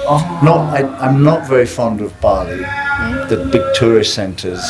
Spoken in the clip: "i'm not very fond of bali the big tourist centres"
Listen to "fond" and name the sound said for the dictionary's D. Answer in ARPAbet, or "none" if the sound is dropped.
D